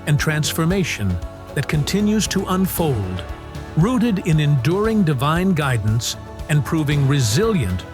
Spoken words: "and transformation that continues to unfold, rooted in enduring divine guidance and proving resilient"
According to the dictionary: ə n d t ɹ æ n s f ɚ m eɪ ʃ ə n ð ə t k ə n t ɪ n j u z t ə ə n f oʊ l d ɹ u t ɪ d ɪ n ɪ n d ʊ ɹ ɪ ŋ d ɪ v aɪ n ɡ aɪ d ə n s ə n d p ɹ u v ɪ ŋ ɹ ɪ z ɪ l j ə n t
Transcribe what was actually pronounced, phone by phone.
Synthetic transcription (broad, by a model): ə n t ɹ æ n s f ɚ m eɪ ʃ ə n ð ə t k ə n t ɪ n j u z t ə ə n f oʊ l d ɹ u t ɪ d ɪ n ɪ n d ʊ ɹ ɪ ŋ d ɪ v aɪ n ɡ aɪ d n s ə n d p ɹ u v ɪ ŋ ɹ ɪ z ɪ l j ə n t